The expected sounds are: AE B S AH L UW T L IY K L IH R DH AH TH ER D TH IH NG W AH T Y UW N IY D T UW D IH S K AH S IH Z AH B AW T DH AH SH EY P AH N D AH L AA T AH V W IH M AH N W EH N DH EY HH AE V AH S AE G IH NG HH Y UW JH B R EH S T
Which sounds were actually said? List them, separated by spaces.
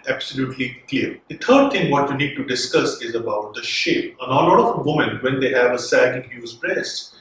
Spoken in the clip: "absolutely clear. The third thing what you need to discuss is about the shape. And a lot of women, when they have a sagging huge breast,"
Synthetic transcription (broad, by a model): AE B S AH L UW T L IY K L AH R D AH T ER D T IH NG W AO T Y UW N IY D T UW D IH S K AH S IH Z AH B AW T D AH SH EY P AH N AH L AA T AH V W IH M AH N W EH N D EY HH AE V AH S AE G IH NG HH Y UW Z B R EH S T